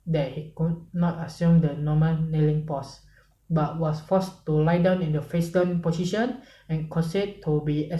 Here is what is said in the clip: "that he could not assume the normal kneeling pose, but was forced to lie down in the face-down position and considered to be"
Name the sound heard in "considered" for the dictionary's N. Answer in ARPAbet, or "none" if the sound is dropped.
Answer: none